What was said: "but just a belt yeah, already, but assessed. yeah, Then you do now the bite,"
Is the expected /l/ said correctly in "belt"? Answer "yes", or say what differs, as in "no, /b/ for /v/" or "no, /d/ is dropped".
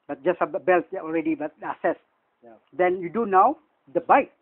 yes